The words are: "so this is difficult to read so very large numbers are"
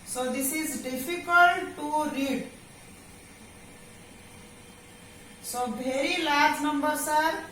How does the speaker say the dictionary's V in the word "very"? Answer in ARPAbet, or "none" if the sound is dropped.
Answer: B